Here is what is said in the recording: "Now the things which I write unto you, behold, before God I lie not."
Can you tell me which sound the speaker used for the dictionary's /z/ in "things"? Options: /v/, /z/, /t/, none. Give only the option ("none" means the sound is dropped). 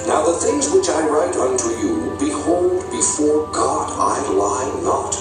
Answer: /z/